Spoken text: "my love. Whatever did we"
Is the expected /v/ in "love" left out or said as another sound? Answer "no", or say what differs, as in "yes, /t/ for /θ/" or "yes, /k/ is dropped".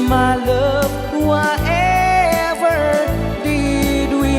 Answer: yes, /p/ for /v/